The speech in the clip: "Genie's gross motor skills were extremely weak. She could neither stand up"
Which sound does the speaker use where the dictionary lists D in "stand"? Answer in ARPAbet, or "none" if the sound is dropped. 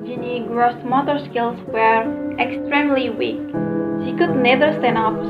none